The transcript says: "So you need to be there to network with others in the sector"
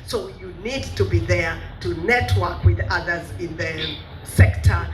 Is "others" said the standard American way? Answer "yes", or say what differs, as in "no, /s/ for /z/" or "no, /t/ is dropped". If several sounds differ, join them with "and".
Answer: yes